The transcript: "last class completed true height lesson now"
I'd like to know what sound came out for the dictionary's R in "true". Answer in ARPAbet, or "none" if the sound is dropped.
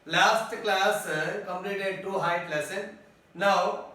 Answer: none